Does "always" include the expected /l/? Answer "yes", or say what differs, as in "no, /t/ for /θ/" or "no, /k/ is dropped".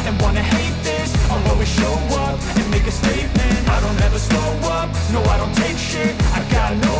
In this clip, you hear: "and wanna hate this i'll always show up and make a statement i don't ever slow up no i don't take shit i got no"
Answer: no, /l/ is dropped